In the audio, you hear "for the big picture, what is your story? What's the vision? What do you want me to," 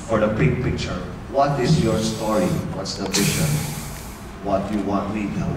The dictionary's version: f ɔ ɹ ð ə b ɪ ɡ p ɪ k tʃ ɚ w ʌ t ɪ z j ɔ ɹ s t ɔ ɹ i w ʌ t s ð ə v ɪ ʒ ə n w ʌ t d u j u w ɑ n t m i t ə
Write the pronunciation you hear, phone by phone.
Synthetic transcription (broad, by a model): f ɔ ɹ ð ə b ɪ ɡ p ɪ k tʃ ɚ w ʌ t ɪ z j ɔ ɹ s t ɔ ɹ i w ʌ t s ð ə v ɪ ʃ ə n w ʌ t j u w ɑ n t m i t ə